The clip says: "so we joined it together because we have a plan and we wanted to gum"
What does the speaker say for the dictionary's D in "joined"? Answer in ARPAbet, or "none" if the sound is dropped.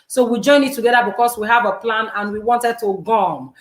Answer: none